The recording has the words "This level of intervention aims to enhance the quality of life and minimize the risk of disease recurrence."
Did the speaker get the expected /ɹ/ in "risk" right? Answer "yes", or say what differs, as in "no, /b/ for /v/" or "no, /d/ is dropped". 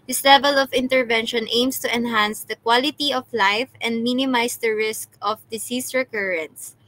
yes